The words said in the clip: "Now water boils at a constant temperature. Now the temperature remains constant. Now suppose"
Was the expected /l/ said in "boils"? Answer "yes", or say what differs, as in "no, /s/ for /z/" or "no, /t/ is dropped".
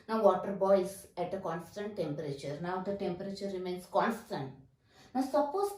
no, /l/ is dropped